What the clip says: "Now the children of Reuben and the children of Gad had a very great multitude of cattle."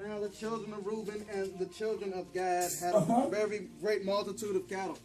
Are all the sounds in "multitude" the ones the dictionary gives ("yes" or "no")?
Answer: yes